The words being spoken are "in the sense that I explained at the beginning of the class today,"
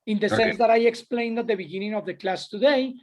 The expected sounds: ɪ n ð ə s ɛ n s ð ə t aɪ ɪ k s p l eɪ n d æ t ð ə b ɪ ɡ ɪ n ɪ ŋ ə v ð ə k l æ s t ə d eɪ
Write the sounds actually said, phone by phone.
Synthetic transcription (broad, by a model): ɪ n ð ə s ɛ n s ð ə t aɪ ɪ k s p l eɪ n d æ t ð ə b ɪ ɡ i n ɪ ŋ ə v ð ə k l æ s t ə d eɪ